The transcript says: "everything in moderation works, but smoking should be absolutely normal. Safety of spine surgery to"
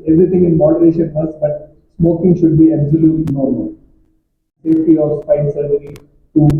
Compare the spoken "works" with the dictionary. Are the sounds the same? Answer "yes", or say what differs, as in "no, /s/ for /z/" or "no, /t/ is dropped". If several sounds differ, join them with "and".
no, /k/ is dropped